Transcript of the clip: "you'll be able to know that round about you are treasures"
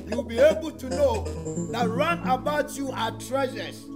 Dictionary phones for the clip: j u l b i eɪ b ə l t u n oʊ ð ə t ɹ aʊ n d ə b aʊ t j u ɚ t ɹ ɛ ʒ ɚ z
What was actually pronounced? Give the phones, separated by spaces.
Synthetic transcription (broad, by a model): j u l b i eɪ b ə l t u n oʊ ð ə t ɹ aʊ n ə b aʊ t j u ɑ t ɹ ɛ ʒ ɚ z